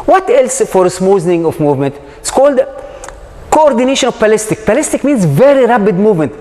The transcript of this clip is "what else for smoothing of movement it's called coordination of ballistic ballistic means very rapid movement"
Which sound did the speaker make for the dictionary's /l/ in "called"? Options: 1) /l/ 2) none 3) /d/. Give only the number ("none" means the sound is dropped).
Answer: 1